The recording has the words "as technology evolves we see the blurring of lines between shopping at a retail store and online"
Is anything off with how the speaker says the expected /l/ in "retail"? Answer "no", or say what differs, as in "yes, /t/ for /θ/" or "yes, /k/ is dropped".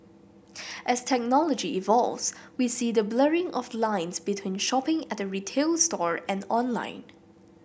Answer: no